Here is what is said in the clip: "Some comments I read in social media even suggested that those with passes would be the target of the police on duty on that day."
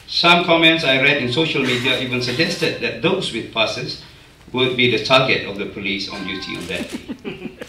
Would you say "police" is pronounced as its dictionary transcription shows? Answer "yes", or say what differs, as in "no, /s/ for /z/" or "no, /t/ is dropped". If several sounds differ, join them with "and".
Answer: yes